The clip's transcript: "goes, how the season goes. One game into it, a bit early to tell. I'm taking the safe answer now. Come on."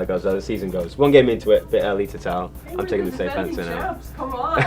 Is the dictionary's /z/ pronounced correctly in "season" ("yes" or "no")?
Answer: yes